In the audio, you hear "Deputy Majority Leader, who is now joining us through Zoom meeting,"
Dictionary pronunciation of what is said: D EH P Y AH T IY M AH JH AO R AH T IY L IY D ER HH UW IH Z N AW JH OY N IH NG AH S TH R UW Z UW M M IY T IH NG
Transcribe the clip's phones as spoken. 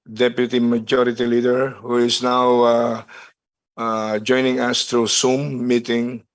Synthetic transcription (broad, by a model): D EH P Y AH T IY M AH JH AO R AH T IY L IY D ER HH UW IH S N AW JH OY N IH NG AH S T R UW S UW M M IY T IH NG